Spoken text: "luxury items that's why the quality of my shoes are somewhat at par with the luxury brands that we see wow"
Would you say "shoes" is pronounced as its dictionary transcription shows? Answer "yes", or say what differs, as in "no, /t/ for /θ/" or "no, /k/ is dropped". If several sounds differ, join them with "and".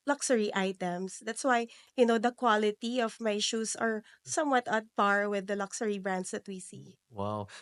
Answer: no, /s/ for /z/